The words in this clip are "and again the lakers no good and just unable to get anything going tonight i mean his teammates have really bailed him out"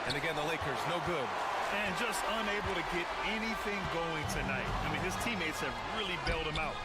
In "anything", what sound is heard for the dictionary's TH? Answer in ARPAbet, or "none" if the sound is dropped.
TH